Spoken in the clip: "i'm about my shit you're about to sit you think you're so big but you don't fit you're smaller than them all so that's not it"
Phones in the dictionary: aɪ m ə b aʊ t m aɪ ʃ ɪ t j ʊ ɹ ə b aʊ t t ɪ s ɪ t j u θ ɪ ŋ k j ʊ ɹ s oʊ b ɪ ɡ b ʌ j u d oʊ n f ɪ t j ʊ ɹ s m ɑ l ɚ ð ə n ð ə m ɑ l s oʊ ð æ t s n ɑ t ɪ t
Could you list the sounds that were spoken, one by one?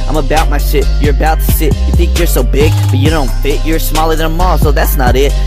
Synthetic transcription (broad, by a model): aɪ m ə b aʊ t m aɪ s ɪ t j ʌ ɹ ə b aʊ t t ɪ s ɪ t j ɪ θ ɪ ŋ k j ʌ ɹ s oʊ b ɪ ɡ b ʌ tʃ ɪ d oʊ n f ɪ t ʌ ɹ s m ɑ l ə ð ə m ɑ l s oʊ ð æ t s n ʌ t ɪ t